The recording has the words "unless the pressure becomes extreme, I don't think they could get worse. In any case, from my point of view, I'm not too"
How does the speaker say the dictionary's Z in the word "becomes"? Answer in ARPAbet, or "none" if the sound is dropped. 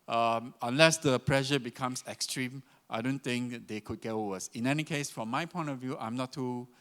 S